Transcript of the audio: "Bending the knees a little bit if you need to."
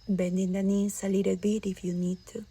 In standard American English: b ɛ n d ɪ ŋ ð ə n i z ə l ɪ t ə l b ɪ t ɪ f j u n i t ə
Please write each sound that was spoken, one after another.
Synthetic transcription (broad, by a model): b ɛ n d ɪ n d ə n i s ə l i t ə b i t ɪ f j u n i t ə